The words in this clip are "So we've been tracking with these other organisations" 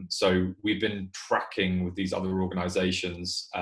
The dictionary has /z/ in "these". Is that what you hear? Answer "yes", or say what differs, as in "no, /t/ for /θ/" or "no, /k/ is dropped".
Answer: yes